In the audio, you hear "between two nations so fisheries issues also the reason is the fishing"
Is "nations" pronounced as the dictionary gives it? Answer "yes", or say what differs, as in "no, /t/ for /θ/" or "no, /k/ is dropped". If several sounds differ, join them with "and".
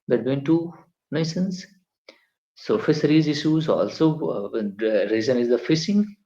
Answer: no, /s/ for /ʃ/